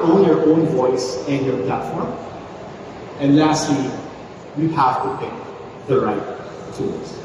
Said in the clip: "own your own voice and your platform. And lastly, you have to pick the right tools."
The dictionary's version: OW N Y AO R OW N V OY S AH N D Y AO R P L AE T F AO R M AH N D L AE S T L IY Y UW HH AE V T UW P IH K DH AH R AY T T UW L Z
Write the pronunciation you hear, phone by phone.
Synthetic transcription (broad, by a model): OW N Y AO R OW N V OY S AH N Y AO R P L AE T F AO R M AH N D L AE S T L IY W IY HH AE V T UW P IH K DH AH R AY T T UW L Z